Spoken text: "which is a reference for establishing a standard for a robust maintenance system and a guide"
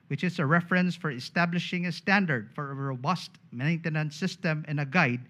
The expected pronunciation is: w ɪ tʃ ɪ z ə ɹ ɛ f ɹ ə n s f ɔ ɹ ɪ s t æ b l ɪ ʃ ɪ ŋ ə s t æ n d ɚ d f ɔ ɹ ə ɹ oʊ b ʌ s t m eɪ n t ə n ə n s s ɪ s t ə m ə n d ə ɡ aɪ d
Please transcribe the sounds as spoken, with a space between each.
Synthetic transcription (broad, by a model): w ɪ tʃ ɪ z ə ɹ ɛ f ɹ ə n s f ɔ ɹ ɪ s t æ b l ɪ ʃ ɪ ŋ ə s t æ n d ɚ d f ɔ ɹ ə ɹ oʊ b ʌ s t m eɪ n t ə n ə n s s ɪ s t ə m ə n ə ɡ aɪ d